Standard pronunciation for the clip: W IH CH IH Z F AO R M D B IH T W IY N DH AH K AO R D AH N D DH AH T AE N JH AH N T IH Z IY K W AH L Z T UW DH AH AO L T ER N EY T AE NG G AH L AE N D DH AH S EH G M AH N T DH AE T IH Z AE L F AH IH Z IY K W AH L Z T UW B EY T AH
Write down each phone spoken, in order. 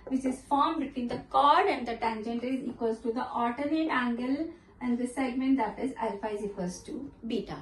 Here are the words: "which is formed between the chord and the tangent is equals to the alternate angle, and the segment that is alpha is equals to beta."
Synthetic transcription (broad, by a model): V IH CH IH Z F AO R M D B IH T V IY N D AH K AO R D AH N D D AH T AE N JH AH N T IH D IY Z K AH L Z T UW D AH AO T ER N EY T AE NG G AH L AE N D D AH S EH G M AH N T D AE T IH Z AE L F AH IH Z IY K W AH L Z T UW B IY T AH